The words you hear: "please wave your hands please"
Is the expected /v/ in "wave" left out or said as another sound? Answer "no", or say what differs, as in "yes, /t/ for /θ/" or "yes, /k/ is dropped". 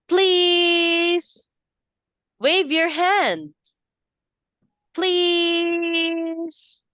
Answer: no